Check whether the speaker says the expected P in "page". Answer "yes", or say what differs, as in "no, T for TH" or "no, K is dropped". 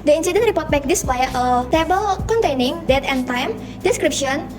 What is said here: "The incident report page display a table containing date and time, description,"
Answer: no, B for P